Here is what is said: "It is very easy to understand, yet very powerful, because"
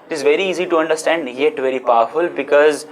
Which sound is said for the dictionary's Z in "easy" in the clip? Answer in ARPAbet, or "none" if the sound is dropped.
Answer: Z